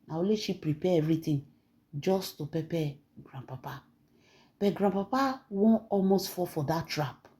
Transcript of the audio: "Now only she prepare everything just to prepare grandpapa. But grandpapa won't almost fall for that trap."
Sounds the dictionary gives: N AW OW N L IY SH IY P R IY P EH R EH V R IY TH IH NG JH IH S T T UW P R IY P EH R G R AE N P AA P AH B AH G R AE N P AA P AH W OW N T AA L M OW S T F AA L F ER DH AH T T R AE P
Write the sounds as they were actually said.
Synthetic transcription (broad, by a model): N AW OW L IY SH IY P R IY P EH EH V R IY T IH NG JH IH S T T UW P IY P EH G R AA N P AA P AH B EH G R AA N P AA P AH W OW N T AA L M OW S T F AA F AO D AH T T R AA P